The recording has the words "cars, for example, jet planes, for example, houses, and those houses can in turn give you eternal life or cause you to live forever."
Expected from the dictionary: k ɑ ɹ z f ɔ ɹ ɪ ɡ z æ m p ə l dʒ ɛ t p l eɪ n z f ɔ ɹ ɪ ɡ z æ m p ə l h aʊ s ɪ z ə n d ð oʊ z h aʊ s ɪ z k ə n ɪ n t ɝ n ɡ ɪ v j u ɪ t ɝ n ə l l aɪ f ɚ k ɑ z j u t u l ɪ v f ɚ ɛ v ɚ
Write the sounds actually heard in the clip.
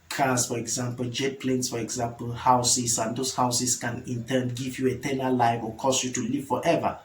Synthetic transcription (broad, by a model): k ɑ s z f ɔ ɹ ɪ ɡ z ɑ m p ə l dʒ ɛ t p l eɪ n s f ɔ ɹ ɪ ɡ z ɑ m p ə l h aʊ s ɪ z ə n d oʊ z h aʊ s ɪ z k ə n ɪ n t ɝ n ɡ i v j u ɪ t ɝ n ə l l aɪ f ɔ k ɑ s j u t u l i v f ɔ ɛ v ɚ